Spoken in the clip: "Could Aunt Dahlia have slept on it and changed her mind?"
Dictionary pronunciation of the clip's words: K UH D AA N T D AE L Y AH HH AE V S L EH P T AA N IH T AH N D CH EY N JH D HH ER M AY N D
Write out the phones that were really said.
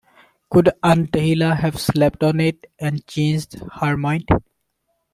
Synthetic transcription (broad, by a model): K UH D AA N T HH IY L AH HH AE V S L EH P T AA N IH T AH N D CH EY N JH D HH ER M AY N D